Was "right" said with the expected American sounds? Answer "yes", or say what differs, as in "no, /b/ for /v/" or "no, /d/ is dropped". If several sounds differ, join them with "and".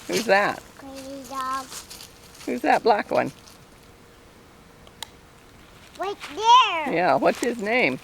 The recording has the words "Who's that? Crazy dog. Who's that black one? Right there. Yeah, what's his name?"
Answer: no, /w/ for /ɹ/